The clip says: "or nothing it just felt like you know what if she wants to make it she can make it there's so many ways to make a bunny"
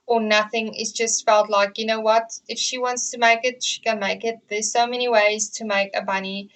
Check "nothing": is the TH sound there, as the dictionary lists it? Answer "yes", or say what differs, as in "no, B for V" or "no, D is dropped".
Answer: yes